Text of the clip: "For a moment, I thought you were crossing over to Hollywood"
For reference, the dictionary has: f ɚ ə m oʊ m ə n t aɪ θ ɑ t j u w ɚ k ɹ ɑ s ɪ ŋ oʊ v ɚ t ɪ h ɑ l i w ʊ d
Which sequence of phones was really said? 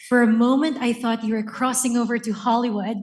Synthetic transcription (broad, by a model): f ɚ ə m oʊ m ə n t aɪ θ ɑ t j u w ɚ k ɹ ɑ s ɪ ŋ oʊ v ɚ t ɪ h ɑ l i w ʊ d